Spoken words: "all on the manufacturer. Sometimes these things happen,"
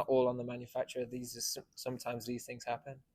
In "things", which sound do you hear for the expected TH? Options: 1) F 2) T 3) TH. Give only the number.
3